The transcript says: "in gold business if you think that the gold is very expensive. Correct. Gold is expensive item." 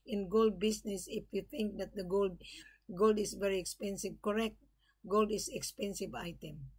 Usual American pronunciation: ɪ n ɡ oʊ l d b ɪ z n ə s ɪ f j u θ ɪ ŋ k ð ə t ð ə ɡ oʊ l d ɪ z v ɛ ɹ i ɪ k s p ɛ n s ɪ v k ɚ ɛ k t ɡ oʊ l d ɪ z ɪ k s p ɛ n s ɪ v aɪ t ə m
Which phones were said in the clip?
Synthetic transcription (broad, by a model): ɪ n ɡ oʊ l d b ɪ s n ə s ɪ f j u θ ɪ ŋ k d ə t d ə ɡ oʊ l d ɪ s v ɛ ɹ i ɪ k s p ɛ n s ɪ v k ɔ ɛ k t ɡ oʊ l d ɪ s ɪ k s p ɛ n s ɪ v aɪ t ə m